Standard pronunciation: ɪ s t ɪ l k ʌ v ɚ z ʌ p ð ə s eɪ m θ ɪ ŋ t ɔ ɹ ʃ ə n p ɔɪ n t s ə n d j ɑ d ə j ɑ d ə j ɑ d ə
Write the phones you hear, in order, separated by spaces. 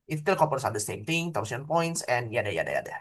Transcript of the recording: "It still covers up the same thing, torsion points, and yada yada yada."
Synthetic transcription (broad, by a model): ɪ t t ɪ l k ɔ p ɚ s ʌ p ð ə s eɪ m t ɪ ŋ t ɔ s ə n p ɔɪ n t s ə n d j ɑ d ə j ɑ d ə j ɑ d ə